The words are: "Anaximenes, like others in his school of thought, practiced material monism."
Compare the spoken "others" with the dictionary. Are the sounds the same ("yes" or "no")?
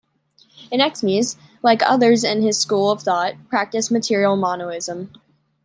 yes